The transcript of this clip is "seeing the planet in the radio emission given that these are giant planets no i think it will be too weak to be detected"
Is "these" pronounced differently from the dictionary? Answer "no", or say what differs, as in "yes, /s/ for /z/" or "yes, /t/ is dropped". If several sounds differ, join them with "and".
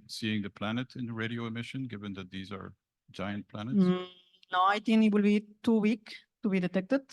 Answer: no